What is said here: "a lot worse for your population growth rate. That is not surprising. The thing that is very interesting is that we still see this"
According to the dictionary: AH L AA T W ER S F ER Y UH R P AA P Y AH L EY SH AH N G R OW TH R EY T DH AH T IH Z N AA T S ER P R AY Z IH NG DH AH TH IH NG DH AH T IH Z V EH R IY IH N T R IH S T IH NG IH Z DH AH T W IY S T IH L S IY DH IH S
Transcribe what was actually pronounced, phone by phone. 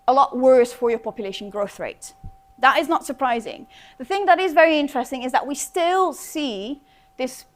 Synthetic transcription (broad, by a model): AH L AA T W ER S F ER Y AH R P AA P Y AH L EY SH AH N G R OW TH R EY T DH AH T IH Z N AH T S ER P R AY Z IH NG DH AH TH IH NG DH AH T IH Z V EH R IY IH N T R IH S T IH NG IH Z DH AH T W IY S T IH L S IY DH IH S